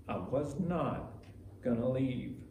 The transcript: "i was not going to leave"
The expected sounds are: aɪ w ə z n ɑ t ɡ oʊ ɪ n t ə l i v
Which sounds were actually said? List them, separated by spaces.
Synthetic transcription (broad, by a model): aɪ w ə z n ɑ t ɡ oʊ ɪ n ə l i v